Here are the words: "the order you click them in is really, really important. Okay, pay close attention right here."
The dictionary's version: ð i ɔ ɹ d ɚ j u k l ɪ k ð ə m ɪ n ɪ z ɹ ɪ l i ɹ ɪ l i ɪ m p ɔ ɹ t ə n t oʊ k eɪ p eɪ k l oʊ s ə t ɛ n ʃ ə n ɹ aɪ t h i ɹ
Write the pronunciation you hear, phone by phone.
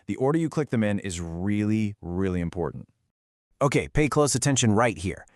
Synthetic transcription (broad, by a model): ð i ɔ ɹ d ɚ j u k l ɪ k ð ə m ɪ n ɪ z ɹ ɪ l i ɹ ɪ l i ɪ m p ɔ ɹ t n t oʊ k eɪ p eɪ k l oʊ s ə t ɛ n ʃ ə n ɹ aɪ t h i ɹ